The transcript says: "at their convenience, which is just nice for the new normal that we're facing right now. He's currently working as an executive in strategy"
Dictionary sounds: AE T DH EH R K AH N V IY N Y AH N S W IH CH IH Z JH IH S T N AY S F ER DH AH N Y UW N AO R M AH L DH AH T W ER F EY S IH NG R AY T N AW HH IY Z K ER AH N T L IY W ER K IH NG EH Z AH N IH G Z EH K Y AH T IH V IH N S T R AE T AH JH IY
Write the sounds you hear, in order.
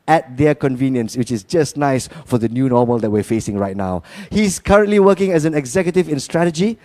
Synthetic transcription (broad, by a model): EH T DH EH K AH N V IY N Y AH N S W IH CH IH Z JH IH S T N AY S F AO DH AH N Y UW N AO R M AH L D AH T W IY F EY S IH NG R AY T N AW HH IY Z K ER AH N T L IY W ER K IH NG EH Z AH N IH G Z EH K Y AH T IH V IH N S T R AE T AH JH IY